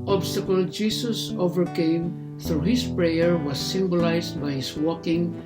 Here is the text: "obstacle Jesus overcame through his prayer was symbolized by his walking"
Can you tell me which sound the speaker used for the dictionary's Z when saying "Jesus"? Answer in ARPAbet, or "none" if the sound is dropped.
S